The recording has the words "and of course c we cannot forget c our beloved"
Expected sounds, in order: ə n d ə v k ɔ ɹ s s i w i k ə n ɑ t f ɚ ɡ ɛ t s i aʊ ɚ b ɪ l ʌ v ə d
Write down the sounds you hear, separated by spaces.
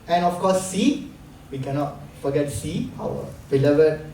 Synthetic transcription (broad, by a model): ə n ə f k ɔ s s i w i k ə n ɑ t f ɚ ɡ ɛ t s i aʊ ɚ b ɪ l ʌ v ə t